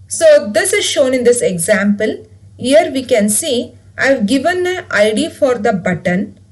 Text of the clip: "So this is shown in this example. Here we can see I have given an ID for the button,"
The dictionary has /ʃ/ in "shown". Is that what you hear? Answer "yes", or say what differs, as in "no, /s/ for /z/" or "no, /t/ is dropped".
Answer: yes